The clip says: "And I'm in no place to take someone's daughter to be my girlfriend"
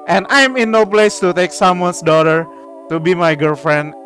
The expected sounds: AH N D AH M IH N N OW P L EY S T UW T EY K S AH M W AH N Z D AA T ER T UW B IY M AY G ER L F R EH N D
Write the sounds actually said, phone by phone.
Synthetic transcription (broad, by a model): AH N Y AH M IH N N OW P L EY S T UW T EY K S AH M W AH N S D AA T ER T UW B IY M AY G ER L F R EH N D